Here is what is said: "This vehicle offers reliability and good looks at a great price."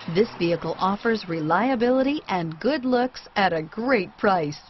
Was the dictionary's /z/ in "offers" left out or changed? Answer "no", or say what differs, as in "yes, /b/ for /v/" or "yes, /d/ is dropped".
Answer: no